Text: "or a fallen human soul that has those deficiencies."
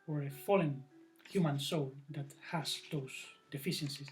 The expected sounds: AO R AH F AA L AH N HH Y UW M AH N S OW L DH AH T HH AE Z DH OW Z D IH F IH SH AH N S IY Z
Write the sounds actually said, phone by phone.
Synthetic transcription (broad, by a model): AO R AH F AA L AH N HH Y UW M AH N S OW L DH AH T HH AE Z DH OW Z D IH F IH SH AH N S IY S